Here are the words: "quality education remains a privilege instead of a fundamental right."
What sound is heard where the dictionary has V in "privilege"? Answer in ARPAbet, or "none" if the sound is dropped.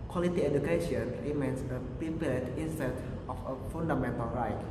P